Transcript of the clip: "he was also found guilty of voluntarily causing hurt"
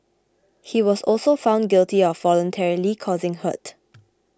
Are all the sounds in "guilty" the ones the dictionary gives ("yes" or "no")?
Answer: yes